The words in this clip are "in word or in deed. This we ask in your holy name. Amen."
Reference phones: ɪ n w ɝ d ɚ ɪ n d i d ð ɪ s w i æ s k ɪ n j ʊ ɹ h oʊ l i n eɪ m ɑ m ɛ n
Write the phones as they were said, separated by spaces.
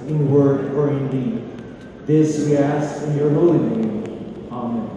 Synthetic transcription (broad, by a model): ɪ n w ɝ d ɚ ɪ n d i d ð ɪ s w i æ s ɪ n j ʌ ɹ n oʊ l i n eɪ ɑ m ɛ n